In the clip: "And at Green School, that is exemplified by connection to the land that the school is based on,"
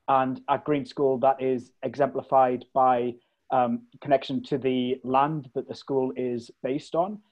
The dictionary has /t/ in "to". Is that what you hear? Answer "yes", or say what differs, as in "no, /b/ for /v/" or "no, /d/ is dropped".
yes